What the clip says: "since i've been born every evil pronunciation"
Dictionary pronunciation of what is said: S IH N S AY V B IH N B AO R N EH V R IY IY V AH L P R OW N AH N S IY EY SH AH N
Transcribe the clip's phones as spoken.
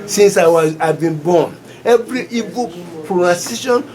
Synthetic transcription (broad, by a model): S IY N S AY W B IH N B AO N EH V R IY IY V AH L P R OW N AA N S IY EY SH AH N